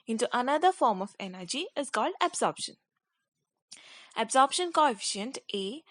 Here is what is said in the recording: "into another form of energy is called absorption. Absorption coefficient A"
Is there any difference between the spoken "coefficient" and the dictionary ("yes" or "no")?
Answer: no